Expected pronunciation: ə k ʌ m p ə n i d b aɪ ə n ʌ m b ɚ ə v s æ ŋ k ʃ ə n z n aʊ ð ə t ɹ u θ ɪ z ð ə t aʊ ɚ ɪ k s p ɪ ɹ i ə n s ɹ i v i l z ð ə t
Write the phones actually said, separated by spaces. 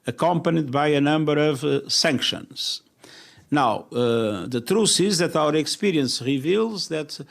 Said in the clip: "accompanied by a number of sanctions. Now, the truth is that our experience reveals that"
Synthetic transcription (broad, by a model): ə k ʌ m p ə n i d b aɪ ə n ʌ m b ɚ ə v s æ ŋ k ʃ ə n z n aʊ ð ə t ɹ u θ ɪ z ð ə t aʊ ɚ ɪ k s p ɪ ɹ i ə n s ɹ i v i l z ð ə t